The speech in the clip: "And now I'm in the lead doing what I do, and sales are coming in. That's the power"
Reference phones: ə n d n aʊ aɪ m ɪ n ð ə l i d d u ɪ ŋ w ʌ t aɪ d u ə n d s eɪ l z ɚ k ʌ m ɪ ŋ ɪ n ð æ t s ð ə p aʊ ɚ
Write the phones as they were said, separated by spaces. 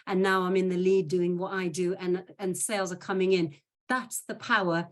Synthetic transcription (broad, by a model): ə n n aʊ aɪ m ɪ n ð ə l i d d u ɪ ŋ w ʌ t aɪ d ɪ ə n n s eɪ l z ɚ k ʌ m ɪ ŋ ɪ n ð æ t s ð ə p aʊ ɚ